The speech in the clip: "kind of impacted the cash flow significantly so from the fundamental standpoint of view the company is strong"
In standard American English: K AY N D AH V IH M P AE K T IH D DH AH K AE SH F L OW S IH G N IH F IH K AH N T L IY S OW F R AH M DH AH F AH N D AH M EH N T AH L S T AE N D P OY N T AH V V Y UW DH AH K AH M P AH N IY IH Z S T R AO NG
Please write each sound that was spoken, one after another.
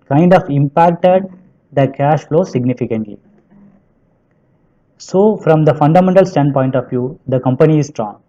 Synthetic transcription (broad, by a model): K AY N D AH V IH M P AE K T IH D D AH K AE SH F L OW S IH G N IH F IH K AH N T L IY S OW F R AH M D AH F AH N D AH M EH N T AH L S T AE N D P OY N T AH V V Y UW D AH K AH M P AH N IY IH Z S T R AO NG